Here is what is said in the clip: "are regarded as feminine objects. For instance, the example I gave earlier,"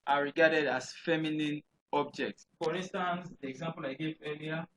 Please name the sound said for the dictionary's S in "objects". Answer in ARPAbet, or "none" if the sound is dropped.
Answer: S